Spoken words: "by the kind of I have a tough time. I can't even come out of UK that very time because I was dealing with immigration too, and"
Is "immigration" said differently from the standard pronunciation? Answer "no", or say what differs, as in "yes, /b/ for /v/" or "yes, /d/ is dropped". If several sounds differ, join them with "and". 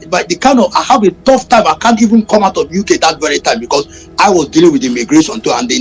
yes, /s/ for /ʃ/